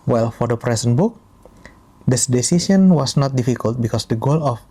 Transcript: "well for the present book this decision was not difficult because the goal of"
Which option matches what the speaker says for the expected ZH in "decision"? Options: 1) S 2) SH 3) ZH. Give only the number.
1